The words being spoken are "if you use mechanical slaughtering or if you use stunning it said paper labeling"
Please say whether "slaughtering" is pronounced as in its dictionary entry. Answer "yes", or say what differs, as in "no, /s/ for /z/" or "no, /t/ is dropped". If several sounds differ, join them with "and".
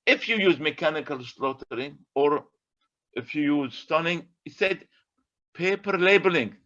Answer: yes